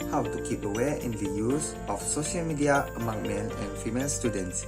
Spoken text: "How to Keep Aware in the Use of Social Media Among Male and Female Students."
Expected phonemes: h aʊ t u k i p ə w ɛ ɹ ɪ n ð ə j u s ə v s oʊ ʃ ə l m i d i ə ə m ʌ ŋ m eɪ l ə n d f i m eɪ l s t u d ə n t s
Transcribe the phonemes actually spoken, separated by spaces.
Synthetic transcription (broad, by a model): h aʊ t u k i p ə w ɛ ɪ n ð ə j u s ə f s oʊ ʃ ə l m i d i ə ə m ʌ ŋ m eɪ n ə n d f i m eɪ l s t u d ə n t s